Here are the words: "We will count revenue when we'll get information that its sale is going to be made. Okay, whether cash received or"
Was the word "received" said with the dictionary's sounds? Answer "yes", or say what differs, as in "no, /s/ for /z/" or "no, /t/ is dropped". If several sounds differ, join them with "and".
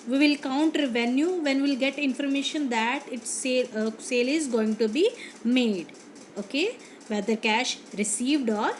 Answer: yes